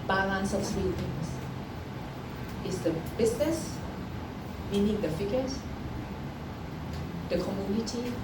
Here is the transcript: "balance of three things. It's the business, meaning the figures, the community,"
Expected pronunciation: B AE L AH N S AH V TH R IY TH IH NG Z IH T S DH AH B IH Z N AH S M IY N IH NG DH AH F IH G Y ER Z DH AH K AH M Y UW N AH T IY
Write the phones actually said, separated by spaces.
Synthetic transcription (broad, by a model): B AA L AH N S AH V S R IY T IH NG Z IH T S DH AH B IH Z N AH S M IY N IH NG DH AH F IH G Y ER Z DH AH K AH M Y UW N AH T IY